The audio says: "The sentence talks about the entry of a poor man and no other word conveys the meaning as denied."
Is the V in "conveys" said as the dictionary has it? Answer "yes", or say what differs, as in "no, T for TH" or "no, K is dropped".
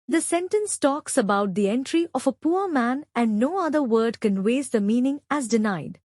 no, W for V